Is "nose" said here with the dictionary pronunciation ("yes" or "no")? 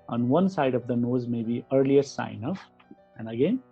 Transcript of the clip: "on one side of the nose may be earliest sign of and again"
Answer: yes